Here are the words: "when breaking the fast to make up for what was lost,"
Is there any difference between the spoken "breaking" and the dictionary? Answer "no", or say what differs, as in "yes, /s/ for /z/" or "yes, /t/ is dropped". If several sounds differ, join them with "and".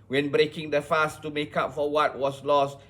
no